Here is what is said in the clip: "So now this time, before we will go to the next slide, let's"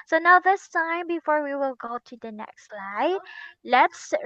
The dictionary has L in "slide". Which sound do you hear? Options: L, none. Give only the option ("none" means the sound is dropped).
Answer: L